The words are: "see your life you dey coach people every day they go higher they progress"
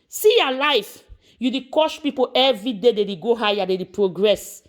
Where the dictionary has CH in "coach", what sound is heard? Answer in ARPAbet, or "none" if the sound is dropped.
SH